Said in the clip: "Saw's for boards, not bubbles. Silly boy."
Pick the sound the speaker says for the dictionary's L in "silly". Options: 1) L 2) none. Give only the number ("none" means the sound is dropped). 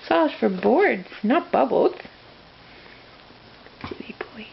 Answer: 2